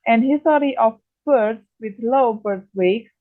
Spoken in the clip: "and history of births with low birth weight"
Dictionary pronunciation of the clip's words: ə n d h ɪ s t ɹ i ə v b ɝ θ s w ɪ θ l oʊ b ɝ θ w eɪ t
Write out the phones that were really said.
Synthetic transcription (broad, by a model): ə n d h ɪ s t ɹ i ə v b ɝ t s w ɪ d l oʊ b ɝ t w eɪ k